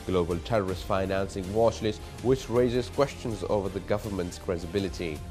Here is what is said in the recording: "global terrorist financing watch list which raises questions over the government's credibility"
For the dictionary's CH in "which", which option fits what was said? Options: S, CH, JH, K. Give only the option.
CH